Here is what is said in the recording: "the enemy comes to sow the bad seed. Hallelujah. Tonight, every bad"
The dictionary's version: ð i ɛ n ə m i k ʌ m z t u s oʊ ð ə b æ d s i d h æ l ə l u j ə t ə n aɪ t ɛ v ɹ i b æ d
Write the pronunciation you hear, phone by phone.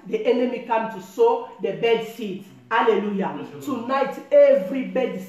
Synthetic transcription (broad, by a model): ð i ɛ n ə m i k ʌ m t u s oʊ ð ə b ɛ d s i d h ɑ l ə l u j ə t ə n aɪ t ɛ v ɹ i b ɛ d